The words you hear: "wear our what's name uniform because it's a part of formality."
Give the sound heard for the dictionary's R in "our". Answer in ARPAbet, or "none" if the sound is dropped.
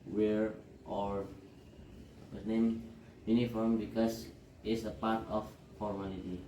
R